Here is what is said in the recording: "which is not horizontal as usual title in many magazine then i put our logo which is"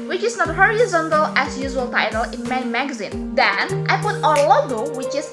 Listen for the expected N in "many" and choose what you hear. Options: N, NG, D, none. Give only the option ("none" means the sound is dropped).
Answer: none